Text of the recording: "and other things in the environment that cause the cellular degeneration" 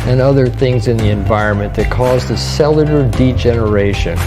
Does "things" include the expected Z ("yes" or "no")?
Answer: yes